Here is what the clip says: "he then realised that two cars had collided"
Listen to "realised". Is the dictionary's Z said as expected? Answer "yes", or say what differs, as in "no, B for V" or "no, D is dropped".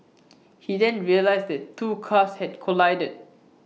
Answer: no, S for Z